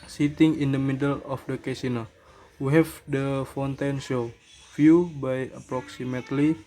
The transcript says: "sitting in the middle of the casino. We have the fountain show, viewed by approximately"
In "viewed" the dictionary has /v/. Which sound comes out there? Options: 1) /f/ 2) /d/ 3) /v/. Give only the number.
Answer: 1